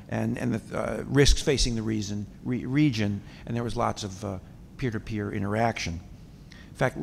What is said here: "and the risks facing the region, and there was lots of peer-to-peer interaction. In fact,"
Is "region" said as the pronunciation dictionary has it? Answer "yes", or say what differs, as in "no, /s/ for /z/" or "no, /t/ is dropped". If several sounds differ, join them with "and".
no, /z/ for /dʒ/